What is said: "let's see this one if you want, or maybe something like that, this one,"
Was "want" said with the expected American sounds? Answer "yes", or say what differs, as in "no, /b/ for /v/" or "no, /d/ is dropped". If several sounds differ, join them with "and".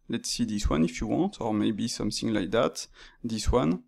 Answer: yes